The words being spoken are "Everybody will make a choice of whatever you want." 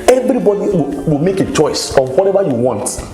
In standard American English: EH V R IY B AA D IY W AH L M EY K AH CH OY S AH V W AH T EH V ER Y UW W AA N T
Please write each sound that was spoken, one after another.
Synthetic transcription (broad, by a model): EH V R IY B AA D IY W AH W M EY K AH CH OY S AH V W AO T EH V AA Y UW W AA N T